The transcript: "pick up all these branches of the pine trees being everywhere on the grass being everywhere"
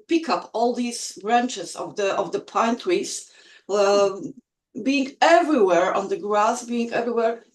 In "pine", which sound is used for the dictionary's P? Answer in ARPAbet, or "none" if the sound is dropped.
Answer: P